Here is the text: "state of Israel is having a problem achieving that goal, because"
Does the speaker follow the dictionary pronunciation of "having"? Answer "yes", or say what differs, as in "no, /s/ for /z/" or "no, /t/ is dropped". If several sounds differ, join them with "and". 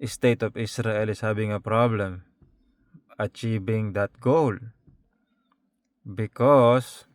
no, /b/ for /v/